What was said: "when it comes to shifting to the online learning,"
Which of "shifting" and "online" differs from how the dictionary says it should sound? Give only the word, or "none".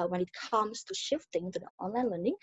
none